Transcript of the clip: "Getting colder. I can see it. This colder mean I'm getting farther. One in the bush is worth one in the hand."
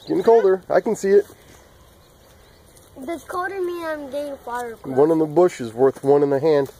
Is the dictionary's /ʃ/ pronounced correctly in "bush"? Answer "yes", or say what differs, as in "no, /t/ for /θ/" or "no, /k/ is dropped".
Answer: yes